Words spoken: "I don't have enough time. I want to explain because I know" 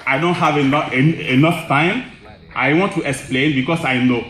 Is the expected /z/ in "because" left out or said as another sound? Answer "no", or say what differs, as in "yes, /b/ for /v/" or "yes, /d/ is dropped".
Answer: yes, /s/ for /z/